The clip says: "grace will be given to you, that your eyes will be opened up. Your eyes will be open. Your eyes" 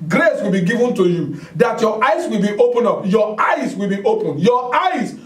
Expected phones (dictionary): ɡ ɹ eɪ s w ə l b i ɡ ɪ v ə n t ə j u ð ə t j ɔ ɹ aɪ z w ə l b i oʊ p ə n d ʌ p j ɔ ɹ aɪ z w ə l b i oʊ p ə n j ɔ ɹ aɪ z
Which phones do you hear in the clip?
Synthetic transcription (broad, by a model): ɡ ɹ eɪ s w ə l b i ɡ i v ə n t ə j u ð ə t j ɔ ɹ aɪ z w ə l b i oʊ p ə n ʌ p j ɔ aɪ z w ə l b i oʊ p ə n j ɔ aɪ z